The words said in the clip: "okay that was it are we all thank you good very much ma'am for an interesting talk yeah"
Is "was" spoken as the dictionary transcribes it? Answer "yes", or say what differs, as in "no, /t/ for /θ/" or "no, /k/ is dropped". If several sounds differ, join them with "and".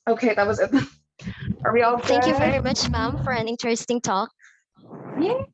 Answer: yes